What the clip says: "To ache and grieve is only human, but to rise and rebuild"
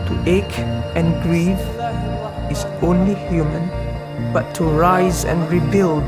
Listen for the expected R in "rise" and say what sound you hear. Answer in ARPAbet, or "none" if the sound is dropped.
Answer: R